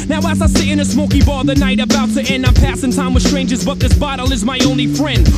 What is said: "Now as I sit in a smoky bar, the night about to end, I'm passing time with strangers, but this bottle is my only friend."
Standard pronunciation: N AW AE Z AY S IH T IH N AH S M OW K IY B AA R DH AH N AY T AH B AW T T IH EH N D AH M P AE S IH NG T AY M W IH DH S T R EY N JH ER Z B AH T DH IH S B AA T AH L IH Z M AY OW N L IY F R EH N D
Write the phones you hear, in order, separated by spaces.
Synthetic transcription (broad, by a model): N AW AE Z AY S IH IH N AH S M OW K IY B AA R DH AH N AY T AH B AW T T IH EH N D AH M P AE S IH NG T AY M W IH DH S T R EY N JH ER Z B AH T DH IH S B AA T L IH Z M AY OW N L IY F R EH N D